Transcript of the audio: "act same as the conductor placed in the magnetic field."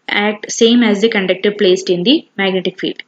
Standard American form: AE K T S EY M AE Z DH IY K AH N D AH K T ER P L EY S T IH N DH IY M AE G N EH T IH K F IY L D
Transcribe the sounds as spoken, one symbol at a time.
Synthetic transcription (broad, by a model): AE K T S EY M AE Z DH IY K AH N D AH K T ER P L EY S T IH N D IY M AE G N EH T IH K F IY L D